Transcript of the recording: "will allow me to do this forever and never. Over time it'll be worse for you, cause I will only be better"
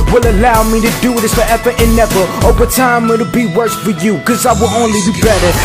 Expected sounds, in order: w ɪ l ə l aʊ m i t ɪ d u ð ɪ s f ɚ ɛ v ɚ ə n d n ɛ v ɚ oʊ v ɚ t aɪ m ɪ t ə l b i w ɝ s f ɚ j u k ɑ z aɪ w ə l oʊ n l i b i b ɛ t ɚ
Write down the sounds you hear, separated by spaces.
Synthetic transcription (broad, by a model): w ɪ l ə l aʊ m i t ɪ d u ð ɪ s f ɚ ɛ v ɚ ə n n ɛ v ɚ oʊ v ɚ t aɪ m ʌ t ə b i w ɝ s f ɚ j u k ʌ z aɪ w ə l oʊ n l i b i b ɛ t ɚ